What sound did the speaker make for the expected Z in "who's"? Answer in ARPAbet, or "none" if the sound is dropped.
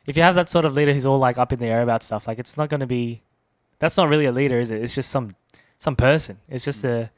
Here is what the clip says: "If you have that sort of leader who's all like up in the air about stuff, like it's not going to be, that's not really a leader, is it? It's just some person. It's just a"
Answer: Z